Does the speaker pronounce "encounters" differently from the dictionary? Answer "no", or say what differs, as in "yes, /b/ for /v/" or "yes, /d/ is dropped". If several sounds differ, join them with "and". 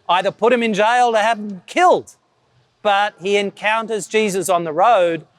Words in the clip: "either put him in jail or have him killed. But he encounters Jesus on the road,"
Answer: no